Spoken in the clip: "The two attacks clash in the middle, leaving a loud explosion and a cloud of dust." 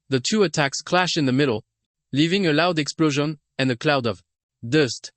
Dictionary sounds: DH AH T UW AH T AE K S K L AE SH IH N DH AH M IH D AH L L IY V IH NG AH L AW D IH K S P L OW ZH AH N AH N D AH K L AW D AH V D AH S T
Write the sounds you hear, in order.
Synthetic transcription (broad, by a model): DH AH T UW AH T AE K S K L AE SH IH N DH AH M IH D L L IY V IH NG AH L AW D IH K S P L OW ZH AH N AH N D AH K L AW D AH V D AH S T